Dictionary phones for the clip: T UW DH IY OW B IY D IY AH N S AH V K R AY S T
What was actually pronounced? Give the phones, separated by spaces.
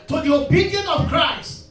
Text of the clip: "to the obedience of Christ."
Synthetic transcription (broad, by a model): T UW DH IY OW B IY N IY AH N AH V K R AY S T